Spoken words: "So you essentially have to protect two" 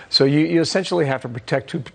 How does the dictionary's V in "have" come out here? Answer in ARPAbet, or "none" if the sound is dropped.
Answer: F